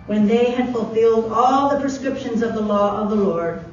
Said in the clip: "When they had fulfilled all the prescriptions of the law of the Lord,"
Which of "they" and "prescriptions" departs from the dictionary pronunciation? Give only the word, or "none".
none